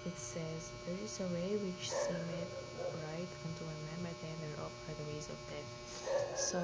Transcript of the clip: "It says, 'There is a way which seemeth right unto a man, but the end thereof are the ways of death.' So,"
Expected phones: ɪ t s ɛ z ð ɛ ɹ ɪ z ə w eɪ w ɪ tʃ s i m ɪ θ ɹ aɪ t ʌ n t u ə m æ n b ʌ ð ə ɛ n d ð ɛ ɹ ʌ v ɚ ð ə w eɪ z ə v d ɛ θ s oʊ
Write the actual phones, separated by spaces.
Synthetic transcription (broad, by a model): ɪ t s ɛ z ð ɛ ɹ ɪ z ə w eɪ w ɪ tʃ s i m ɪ t ɹ aɪ t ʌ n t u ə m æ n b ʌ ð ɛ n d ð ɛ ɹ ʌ p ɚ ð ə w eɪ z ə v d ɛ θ s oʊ